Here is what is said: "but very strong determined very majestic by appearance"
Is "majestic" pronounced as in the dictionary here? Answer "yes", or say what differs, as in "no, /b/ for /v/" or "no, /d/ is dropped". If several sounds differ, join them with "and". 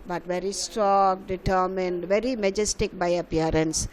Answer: yes